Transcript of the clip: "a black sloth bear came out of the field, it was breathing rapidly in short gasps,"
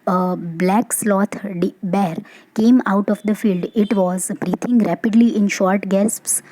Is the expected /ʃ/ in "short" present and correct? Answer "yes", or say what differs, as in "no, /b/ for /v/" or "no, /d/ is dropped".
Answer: yes